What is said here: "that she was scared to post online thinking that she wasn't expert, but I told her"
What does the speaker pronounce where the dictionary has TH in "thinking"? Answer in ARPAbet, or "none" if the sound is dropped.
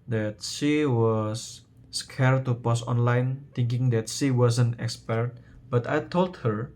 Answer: T